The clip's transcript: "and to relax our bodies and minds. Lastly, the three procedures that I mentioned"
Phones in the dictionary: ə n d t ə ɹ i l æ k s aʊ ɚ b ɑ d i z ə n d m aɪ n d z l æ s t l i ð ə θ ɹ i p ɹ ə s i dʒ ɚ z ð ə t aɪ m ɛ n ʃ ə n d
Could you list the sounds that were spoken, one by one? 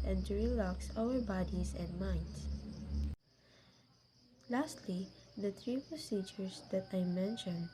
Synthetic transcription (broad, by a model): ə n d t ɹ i l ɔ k s aʊ ɚ b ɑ d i s ə n d m aɪ n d s l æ s t l i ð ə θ ɹ i p ɹ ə s i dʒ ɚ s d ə t aɪ m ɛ n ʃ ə n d